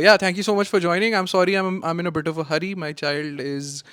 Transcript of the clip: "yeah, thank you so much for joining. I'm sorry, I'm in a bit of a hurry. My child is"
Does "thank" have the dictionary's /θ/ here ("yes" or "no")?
no